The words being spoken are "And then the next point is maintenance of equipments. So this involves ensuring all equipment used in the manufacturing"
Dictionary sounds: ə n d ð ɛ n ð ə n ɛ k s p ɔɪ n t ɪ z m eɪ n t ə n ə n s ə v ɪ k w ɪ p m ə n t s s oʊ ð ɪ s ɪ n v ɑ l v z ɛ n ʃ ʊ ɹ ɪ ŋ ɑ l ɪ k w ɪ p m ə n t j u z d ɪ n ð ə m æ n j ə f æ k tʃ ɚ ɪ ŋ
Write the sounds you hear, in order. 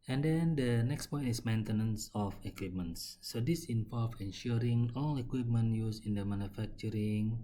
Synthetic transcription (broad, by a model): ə n d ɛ n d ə n ɛ k s p ɔɪ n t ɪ s m eɪ n t ə n ə n s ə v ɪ k w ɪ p m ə n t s s oʊ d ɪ s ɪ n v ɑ l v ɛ n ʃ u ɹ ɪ ŋ ɑ l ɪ k w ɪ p m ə n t j u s ɪ n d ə m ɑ n j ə f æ k tʃ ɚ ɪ ŋ